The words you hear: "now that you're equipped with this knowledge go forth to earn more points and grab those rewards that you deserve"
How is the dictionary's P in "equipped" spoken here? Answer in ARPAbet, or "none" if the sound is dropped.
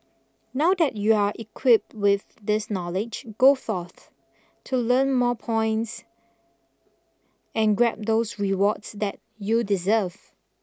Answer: P